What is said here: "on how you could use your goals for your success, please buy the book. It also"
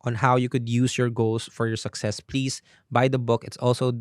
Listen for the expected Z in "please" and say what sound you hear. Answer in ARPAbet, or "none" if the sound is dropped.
S